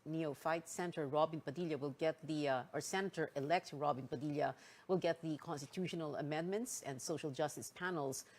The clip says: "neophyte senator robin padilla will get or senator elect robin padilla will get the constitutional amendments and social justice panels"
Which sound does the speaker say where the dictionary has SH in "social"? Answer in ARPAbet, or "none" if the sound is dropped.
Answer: SH